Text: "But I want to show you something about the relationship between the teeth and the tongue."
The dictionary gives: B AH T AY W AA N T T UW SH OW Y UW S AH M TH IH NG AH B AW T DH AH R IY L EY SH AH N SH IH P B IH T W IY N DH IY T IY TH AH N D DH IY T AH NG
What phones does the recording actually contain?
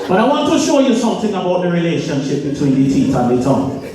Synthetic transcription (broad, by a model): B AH T AY W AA N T T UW SH OW Y UW S AH M TH IH NG AH B AW T DH AH R IY L EY SH AH N SH IH P B IH T W IY N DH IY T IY T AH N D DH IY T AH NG